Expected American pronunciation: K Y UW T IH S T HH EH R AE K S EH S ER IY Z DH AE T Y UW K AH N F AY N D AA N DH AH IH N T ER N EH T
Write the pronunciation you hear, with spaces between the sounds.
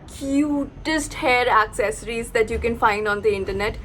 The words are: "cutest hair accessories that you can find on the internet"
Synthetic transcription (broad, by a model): K Y UW T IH S T HH EH R AE K S EH S ER IY Z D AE T Y UW K AH N F AY N D AA N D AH IH N T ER N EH T